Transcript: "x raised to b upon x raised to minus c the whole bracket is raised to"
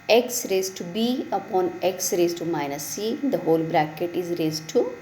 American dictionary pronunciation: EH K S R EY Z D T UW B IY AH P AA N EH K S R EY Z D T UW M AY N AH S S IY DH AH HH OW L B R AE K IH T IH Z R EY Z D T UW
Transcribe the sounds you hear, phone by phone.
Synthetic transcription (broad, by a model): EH K S R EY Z T UW B IY AH P AA N EH K S R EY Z T UW M AY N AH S S IY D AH HH OW L B R AE K IH T IH Z R EY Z T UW